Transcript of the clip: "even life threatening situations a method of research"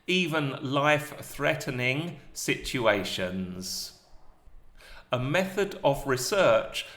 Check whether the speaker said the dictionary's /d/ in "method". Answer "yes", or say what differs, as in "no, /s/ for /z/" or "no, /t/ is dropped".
yes